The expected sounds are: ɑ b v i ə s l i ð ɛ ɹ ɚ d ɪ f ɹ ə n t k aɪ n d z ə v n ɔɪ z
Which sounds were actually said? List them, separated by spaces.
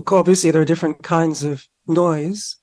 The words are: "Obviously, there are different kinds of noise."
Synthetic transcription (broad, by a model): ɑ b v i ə s l i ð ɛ ɹ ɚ d ɪ f ɹ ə n k aɪ n d z ə v n ɔɪ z